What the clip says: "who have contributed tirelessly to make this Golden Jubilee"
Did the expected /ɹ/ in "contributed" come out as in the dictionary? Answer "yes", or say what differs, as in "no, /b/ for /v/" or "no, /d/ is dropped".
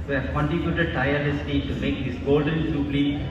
no, /ɹ/ is dropped